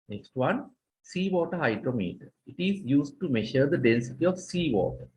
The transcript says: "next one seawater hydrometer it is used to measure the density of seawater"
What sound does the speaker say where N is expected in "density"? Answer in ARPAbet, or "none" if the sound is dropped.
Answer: N